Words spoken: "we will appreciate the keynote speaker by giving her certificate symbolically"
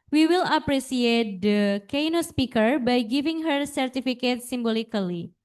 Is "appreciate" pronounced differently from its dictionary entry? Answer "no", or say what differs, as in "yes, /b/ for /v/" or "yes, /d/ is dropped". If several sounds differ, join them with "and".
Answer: yes, /s/ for /ʃ/